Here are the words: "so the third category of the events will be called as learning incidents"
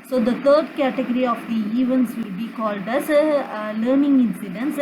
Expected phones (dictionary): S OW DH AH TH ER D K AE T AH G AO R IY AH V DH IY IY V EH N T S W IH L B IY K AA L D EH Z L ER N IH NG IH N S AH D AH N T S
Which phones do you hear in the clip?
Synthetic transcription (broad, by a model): S OW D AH T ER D K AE T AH G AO R IY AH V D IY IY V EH N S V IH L B IY K AA L D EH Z L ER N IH NG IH N S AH D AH N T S